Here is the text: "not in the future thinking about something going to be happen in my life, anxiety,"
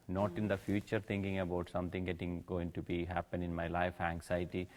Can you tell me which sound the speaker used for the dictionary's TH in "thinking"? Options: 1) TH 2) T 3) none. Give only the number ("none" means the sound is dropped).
2